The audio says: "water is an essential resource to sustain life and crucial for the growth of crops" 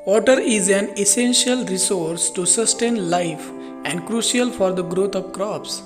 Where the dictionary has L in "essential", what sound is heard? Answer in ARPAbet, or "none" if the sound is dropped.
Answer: L